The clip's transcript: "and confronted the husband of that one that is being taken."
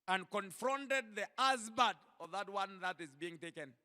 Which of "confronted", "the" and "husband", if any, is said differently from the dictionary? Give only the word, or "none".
husband